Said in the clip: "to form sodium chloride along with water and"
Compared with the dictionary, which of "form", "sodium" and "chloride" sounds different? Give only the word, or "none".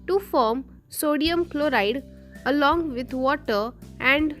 none